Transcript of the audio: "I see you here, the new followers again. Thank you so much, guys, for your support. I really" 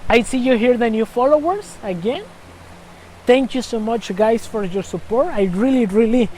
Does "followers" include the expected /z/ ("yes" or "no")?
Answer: no